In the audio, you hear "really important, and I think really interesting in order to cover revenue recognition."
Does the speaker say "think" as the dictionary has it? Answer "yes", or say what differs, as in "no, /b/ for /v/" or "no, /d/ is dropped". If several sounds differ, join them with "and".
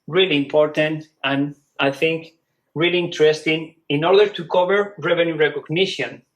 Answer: yes